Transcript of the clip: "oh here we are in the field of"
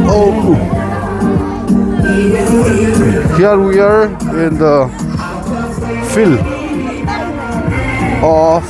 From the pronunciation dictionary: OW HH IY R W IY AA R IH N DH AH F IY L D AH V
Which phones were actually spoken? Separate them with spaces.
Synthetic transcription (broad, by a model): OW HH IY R W IY AA R IH N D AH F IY L AH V